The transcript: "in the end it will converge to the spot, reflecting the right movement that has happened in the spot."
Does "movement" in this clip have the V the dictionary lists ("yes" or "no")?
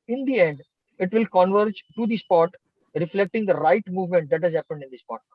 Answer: yes